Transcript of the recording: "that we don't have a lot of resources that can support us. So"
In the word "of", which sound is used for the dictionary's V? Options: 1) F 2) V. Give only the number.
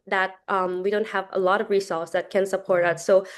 2